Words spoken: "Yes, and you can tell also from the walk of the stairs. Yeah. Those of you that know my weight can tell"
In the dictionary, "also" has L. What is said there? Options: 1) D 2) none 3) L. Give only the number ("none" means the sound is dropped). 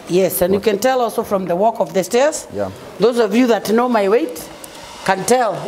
3